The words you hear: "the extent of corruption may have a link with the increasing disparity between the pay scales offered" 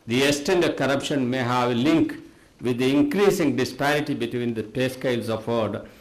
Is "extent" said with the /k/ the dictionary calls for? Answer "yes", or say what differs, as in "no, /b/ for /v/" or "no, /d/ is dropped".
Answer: no, /k/ is dropped